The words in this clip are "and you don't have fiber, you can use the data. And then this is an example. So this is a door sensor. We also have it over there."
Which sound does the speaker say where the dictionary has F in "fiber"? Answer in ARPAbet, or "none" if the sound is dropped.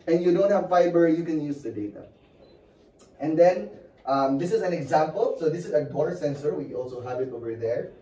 F